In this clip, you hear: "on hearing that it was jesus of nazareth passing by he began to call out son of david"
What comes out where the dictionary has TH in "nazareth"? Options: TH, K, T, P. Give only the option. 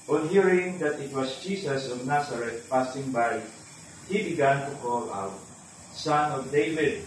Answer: T